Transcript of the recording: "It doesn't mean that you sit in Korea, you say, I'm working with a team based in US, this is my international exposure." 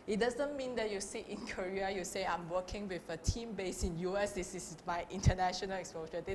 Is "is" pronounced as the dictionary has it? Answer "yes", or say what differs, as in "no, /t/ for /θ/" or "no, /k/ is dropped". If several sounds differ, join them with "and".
no, /s/ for /z/